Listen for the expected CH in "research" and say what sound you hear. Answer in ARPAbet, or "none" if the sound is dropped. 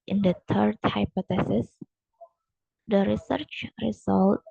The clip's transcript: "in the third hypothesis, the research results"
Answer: CH